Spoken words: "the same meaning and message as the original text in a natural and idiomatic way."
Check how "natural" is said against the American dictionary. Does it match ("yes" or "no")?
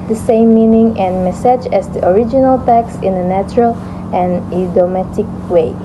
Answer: yes